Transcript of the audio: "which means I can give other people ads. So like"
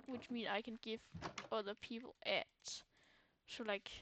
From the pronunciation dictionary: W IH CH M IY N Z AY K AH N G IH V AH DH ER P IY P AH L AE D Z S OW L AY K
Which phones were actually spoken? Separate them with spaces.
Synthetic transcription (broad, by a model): W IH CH M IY N AY K AH N G IH V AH DH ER P IY P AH L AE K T S OW L AY K